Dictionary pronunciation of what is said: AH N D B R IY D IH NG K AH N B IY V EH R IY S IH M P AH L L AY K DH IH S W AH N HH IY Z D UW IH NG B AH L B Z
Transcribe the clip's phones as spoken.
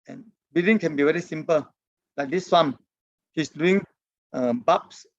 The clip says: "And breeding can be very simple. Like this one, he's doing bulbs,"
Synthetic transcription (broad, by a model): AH N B IY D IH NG K AH N B IY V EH R IY S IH M P AH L L AY K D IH S W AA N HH IY S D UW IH NG B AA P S